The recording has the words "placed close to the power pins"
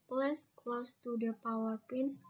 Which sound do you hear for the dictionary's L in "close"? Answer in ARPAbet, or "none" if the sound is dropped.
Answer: L